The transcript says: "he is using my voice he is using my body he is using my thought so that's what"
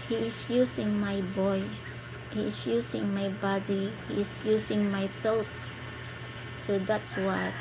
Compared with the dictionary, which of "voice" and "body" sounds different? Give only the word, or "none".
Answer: voice